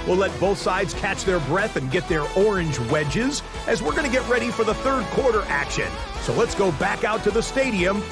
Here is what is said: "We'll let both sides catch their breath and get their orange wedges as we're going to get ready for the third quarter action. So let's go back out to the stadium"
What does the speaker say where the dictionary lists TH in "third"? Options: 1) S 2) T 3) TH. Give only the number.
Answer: 3